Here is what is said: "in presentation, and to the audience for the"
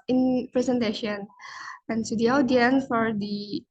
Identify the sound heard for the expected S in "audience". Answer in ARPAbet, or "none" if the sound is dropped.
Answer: none